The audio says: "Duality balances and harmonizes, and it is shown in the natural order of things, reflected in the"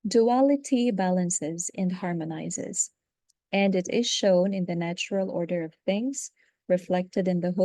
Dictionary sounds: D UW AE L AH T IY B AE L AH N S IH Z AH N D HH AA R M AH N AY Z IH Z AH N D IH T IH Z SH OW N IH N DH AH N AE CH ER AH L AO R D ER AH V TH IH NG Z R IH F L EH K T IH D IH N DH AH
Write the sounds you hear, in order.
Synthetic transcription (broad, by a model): D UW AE L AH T IY B AE L AH N S IH Z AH N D HH AA R M AH N AY Z IH Z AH N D IH T IH Z SH OW N IH N DH AH N AE CH ER AH L AO R D ER AH V TH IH NG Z R IH F L EH K T IH D IH N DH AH